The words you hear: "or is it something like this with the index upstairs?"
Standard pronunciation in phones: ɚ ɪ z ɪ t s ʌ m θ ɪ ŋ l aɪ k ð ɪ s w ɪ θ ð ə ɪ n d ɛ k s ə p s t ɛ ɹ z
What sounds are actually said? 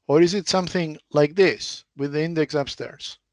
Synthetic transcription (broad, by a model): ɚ ɪ z ɪ t s ʌ m θ ɪ ŋ l aɪ k ð ɪ s w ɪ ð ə ɪ n d ɛ k s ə p s t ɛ ɹ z